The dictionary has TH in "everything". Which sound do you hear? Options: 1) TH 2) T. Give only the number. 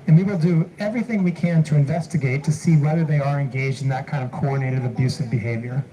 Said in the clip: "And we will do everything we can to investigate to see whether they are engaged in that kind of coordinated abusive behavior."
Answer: 1